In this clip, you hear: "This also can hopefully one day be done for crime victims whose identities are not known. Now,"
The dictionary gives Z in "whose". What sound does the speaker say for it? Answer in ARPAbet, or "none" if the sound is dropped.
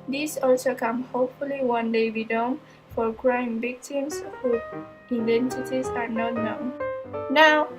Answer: none